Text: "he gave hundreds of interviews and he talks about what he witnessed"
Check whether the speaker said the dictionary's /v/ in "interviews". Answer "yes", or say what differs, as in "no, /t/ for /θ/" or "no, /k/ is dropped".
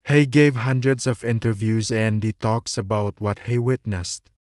yes